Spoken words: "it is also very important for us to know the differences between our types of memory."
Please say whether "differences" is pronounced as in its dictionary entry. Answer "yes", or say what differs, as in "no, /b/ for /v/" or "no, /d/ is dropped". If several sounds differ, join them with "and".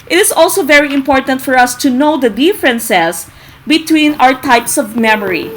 no, /s/ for /z/